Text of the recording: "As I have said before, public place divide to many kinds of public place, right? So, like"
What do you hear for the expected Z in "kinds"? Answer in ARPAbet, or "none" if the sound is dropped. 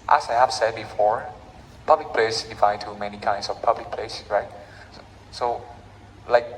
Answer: S